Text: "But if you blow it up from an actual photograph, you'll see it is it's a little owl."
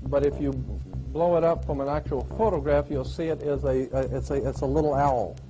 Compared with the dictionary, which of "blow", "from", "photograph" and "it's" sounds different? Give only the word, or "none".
none